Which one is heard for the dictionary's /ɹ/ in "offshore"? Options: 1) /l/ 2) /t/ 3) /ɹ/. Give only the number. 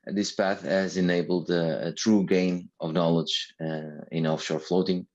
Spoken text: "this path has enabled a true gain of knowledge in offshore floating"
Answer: 3